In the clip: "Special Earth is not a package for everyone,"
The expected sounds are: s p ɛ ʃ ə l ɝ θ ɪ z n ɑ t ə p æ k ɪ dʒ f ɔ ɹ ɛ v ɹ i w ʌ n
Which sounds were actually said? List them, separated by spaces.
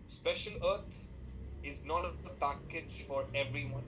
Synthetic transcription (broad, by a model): s p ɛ ʃ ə l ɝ t ɪ z n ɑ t ə p æ k ɪ dʒ f ɔ ɹ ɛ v ɹ i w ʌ n